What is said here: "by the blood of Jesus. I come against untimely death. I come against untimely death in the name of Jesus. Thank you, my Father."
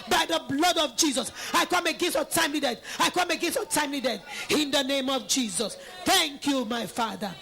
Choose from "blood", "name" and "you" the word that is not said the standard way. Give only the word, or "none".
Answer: none